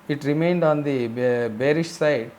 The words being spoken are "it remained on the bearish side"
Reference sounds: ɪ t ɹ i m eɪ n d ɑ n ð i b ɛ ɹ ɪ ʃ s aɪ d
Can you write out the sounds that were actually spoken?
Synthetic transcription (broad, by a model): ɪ t ɹ i m eɪ n d ɑ n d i b ɛ ɹ ɪ ʃ s aɪ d